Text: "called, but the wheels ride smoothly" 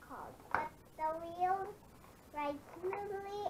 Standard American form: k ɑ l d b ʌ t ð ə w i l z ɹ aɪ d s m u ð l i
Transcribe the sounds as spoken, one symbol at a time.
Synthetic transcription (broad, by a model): k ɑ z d b ʌ t ð ə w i l ɹ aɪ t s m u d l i